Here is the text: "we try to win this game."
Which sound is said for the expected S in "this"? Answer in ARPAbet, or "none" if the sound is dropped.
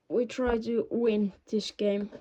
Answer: SH